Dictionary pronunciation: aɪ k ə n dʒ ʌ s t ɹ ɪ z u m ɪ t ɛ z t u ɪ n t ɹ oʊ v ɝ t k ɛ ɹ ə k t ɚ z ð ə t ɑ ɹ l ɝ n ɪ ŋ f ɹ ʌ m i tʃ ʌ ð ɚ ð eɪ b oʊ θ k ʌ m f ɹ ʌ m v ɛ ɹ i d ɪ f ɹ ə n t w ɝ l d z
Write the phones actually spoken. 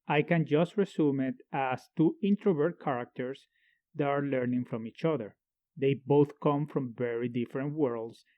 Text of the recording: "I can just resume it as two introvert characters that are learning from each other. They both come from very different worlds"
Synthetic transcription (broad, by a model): aɪ k ə n dʒ ʌ s t ɹ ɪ s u m ɪ t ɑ s t u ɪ n t ɹ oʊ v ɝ t k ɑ ɹ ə k t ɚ s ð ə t ɑ ɹ l ɝ n ɪ ŋ f ɹ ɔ m i tʃ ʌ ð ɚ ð eɪ b oʊ θ k ʌ m f ɹ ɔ m v ɛ ɹ i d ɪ f ɹ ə n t w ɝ l d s